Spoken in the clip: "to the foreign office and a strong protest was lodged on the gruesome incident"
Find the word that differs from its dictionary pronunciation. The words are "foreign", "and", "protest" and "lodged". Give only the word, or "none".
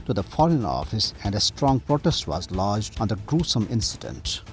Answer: none